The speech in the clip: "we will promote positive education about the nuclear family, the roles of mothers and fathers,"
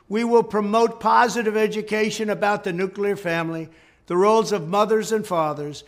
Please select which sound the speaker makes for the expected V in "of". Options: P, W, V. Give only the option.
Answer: V